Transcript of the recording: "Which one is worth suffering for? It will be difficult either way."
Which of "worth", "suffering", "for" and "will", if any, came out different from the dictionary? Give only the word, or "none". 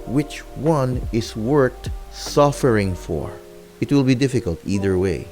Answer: worth